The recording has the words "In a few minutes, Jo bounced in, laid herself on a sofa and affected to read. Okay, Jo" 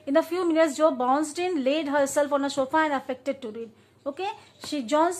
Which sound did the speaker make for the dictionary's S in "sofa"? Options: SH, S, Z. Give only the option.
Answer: SH